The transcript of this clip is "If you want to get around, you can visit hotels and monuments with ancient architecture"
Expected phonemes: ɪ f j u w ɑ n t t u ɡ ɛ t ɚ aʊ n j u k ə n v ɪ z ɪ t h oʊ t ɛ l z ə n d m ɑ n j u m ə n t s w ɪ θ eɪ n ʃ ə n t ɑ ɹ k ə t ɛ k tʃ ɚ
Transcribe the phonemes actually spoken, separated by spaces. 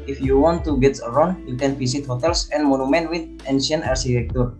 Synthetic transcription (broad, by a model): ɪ f j u w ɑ n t t u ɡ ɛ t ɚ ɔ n j u k ə n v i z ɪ t h oʊ t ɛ l s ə n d m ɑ n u m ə n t w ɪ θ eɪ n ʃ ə n ɑ ɹ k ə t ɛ k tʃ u